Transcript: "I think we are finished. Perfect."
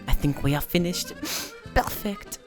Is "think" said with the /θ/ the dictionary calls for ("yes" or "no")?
yes